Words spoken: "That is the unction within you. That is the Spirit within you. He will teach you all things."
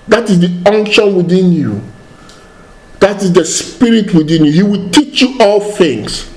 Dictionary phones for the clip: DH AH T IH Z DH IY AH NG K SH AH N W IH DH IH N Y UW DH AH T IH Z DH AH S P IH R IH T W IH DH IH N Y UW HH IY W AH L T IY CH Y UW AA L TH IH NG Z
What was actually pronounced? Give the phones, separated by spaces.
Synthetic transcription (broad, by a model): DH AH T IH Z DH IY AH NG K SH AH N W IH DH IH N Y UW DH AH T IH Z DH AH S P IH R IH T W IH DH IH N Y UW HH IY W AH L T IY CH Y UW AA L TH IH NG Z